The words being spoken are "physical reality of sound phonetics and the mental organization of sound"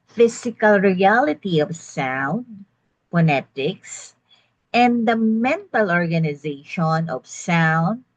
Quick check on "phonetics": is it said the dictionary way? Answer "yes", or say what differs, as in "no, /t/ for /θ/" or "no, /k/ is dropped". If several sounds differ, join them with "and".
no, /p/ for /f/